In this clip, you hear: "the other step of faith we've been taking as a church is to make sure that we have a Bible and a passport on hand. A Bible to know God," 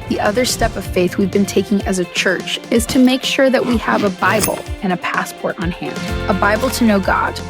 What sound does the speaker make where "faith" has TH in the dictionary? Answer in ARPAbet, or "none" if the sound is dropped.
TH